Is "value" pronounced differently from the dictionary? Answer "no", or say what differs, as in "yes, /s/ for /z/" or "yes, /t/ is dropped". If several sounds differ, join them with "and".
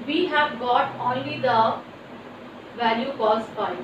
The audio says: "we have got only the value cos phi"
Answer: no